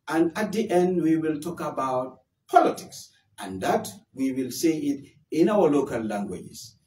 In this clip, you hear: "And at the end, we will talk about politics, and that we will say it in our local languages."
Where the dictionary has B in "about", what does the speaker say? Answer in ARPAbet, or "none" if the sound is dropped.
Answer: B